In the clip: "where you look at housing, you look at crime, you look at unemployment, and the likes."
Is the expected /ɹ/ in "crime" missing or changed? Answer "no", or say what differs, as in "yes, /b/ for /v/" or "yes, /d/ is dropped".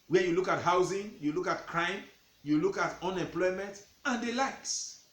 no